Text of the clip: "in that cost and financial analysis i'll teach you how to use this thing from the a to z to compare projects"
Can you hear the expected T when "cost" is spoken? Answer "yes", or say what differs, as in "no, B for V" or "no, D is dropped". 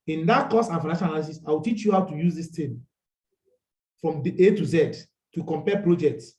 no, T is dropped